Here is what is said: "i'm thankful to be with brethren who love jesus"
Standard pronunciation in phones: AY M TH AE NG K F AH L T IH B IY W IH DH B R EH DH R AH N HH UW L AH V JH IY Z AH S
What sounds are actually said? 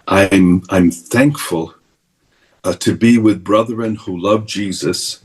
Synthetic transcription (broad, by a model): AY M TH AE NG K F AH L T IH B IY W IH DH B R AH DH R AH N HH UW L AH V JH IY Z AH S